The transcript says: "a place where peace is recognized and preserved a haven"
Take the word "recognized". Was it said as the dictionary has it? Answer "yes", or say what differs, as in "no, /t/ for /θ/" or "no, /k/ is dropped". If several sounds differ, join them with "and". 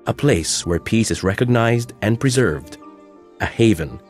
yes